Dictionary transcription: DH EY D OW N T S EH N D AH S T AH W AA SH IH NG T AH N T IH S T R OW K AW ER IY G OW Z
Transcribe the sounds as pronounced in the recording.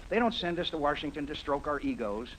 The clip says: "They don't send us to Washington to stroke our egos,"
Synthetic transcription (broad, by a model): DH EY D OW N T S EH N D AH S T AH W AA SH IH NG T AH N T IH S T R OW K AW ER IY G OW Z